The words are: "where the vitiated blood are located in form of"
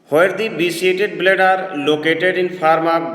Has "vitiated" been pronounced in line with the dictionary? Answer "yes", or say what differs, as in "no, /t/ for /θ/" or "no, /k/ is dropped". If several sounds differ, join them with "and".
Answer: no, /b/ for /v/ and /s/ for /ʃ/